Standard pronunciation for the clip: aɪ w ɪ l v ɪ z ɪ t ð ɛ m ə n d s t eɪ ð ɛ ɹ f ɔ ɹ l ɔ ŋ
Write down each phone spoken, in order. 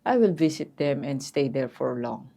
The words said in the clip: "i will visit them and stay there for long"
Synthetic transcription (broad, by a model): aɪ w ɪ l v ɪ s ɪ t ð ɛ m ə n d s t eɪ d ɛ ɹ f ɔ ɹ l ɔ ŋ